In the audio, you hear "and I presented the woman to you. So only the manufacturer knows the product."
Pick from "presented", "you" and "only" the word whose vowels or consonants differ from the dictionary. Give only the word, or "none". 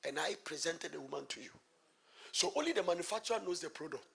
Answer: none